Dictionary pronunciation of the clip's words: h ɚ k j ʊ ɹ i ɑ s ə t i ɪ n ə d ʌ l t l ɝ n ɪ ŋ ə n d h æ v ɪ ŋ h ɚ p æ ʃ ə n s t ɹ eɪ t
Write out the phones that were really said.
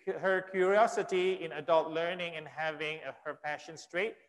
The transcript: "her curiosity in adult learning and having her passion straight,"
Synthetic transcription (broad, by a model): h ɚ k j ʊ ɹ i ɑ s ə t i ɪ n ə d ʌ l t l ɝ n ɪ ŋ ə n h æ v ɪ ŋ h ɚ p æ ʃ ə n s t ɹ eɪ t